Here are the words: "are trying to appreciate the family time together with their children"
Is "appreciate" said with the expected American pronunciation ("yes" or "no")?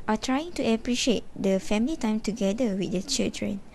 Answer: yes